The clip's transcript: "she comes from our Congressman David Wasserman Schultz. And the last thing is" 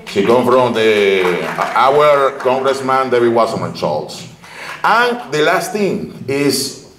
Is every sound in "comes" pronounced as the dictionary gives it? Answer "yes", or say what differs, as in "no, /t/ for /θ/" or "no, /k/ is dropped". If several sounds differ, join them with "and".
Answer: no, /z/ is dropped